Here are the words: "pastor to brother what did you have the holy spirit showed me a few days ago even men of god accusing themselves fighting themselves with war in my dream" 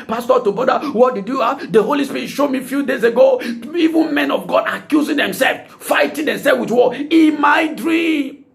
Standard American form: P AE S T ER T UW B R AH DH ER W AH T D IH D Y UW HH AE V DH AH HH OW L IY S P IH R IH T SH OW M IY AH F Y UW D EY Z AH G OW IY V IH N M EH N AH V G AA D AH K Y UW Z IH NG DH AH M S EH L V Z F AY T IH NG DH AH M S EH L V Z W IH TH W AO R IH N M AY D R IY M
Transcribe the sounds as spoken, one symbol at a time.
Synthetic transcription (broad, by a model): P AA S T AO T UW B AO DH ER W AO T D IH D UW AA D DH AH HH OW L IY S P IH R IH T SH OW M IY F Y UW D EY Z AH G OW IY V IH N M EH N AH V G AA D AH K Y UW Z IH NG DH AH M S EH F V F AY T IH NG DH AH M S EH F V W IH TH W AO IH M AY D R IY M